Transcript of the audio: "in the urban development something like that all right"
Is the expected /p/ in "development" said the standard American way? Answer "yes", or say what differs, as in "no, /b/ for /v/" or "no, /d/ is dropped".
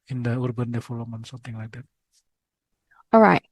no, /p/ is dropped